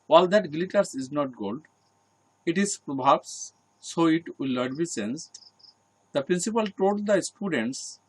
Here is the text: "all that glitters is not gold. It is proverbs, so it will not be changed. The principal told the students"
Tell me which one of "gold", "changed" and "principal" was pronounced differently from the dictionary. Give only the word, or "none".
changed